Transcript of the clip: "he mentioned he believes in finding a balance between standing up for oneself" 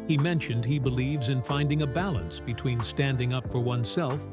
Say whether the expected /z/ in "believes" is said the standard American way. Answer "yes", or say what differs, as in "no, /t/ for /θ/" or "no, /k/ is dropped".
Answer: yes